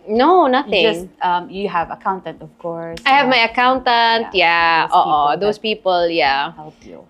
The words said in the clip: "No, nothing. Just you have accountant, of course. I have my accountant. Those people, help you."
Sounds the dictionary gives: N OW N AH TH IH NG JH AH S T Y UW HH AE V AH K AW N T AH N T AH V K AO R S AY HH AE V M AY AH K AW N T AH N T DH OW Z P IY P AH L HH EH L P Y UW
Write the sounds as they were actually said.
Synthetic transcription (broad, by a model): N OW N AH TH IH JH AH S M Y UW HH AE V AH K AW N T AH N T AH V K AO R S AY HH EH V M AY AH K AW N T AH N T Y OW S P IY P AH L HH EH L P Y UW